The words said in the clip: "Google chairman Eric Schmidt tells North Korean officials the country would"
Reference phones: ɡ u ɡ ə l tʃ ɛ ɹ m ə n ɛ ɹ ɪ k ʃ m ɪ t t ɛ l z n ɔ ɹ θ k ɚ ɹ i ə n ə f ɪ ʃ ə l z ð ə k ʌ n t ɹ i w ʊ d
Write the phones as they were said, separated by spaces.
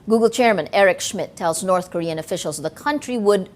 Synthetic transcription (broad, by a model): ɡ u ɡ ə l tʃ ɛ ɹ m ə n ɛ ɹ ɪ k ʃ m ɪ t t ɛ l z n ɔ ɹ θ k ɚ ɹ i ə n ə f ɪ ʃ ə l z ð ə k ʌ n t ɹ i w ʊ d